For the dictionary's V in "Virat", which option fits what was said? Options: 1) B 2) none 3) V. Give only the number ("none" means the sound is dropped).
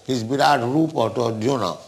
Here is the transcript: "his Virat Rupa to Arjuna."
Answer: 1